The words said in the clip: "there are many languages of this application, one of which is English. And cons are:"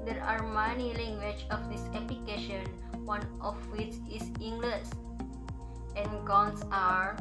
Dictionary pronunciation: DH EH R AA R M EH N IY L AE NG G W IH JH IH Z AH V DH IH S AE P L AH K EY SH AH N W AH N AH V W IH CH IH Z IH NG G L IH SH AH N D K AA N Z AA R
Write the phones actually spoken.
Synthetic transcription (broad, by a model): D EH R AA R M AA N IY L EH NG G W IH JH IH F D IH S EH P L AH K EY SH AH N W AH N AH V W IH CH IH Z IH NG G L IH S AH N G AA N S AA R